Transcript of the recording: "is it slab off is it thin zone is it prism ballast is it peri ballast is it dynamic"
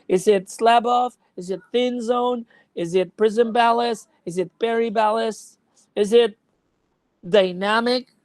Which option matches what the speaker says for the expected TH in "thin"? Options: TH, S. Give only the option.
TH